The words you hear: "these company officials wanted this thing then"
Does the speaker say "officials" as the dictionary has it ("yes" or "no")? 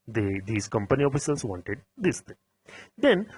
no